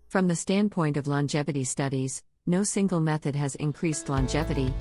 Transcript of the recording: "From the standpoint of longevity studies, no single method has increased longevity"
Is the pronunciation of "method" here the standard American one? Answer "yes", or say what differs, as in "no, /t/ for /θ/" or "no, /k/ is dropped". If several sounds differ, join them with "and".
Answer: yes